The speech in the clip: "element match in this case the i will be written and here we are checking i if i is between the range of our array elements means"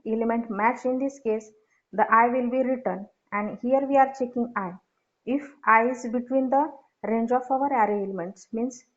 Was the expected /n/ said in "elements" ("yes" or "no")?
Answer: yes